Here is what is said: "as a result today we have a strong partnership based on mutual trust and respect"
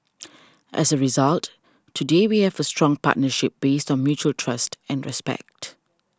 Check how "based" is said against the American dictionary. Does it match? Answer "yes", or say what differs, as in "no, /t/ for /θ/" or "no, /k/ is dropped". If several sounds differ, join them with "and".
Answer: yes